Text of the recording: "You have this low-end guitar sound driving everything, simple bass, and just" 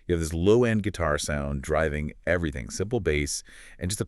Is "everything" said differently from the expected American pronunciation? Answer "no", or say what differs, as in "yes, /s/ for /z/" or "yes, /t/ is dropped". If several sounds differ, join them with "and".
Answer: no